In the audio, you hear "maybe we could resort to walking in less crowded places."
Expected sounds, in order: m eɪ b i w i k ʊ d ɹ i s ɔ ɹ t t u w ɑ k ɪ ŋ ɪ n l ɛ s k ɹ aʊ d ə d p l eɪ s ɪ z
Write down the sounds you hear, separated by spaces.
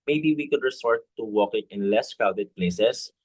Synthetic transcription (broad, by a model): m eɪ b i w i k ʊ d ɹ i s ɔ ɹ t t u w ɑ k ɪ ŋ ɪ n l ɛ s k aʊ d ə d p l eɪ s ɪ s